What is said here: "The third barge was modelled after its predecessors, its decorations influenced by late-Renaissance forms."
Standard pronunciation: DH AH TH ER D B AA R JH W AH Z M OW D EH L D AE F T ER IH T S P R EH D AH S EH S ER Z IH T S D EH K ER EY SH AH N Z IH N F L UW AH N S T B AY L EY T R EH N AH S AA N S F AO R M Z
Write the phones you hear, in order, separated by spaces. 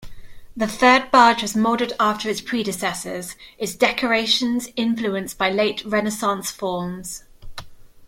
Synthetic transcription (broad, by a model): DH AH TH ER D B AA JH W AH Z M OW D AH D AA F T ER IH T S P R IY D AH S EH S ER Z IH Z D EH K ER EY SH AH N Z IH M F L UW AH N S B AY L EY T R EH N AH S AA N S F AO M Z